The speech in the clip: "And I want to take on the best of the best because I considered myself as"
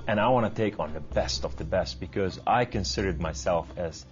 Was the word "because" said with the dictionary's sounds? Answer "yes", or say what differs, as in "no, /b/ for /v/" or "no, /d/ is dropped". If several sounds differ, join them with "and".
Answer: yes